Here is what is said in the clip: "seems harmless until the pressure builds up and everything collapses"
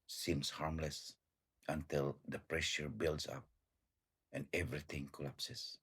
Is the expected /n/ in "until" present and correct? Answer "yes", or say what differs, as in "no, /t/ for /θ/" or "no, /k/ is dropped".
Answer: yes